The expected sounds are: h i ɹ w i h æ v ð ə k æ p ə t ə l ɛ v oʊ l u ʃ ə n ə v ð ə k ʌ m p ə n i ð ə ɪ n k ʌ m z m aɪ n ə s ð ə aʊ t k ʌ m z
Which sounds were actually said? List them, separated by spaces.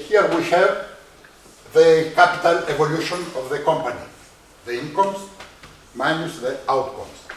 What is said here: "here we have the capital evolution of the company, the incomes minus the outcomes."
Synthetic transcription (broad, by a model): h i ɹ w i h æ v ð ə k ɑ p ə t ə l ɛ v oʊ l u ʃ ə n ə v ð ə k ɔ m p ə n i ð ə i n k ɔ m s m aɪ n ə s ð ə aʊ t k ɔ m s